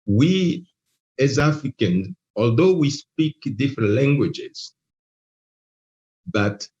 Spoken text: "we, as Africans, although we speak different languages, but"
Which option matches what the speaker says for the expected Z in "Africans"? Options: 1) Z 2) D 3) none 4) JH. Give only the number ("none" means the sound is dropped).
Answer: 3